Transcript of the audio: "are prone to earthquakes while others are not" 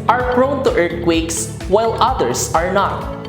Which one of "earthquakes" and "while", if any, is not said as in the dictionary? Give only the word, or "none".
earthquakes